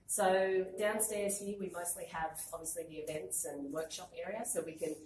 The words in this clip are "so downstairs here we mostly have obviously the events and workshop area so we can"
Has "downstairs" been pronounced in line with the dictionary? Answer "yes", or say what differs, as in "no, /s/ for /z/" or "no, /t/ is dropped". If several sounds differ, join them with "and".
yes